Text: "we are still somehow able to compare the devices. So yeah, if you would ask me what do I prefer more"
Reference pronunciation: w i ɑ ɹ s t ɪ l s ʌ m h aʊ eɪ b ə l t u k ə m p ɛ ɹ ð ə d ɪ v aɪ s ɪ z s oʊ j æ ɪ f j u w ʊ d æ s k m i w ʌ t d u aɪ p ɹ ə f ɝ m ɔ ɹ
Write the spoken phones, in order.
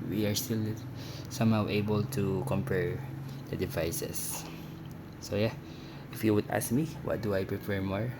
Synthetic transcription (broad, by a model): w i ɑ ɹ s t ɪ l s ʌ m h aʊ eɪ b ə l t u k ə m p ɛ ɹ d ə d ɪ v aɪ s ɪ s oʊ j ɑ ɪ f j u w ʊ d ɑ s k m i w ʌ t d u aɪ p ɹ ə p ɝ m ɔ ɹ